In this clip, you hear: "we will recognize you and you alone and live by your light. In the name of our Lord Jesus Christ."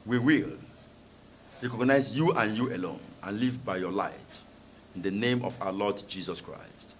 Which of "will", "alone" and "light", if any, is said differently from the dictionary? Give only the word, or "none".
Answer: none